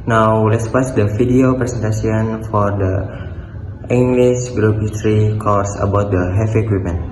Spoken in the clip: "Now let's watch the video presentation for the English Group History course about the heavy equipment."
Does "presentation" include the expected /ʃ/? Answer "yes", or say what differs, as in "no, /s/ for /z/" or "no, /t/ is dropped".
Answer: no, /s/ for /ʃ/